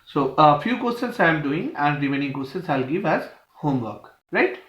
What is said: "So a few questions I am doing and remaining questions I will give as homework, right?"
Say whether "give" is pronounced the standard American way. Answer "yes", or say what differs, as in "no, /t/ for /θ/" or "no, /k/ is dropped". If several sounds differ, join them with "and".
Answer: yes